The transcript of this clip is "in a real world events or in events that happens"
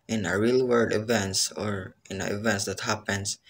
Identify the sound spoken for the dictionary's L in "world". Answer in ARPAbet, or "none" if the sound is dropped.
none